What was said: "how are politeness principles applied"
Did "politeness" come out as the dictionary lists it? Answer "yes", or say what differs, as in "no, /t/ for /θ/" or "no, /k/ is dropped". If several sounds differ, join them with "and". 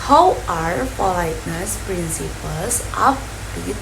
no, /f/ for /p/